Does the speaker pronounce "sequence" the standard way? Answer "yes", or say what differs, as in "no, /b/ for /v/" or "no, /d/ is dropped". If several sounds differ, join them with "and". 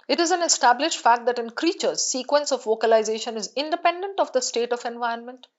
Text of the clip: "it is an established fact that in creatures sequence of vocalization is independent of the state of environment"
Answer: yes